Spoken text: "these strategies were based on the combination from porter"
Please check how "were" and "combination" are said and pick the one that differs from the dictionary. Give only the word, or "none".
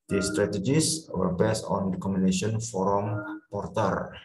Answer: combination